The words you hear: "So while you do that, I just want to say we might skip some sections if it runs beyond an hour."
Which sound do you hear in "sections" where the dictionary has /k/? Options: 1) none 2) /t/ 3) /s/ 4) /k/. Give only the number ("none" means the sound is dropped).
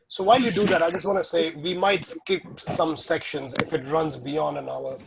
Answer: 4